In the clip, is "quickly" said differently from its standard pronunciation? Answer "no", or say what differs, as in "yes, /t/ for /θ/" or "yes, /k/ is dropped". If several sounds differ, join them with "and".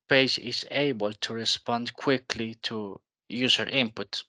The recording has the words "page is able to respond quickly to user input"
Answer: no